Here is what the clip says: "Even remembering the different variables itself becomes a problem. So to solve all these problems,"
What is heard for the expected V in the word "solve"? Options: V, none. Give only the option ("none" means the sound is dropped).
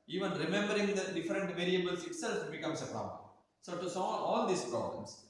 none